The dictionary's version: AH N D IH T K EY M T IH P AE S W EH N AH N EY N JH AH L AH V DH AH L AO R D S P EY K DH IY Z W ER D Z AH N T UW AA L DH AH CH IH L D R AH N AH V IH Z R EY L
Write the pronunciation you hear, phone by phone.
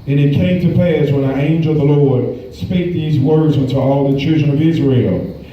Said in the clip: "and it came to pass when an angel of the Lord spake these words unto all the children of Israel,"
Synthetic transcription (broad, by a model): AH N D IH T K EY M T IH P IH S W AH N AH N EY N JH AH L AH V DH AH L AO R D S P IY K DH IY Z W ER D Z AH N T UW AA L DH AH CH IH L D R AH N AH V IH Z R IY L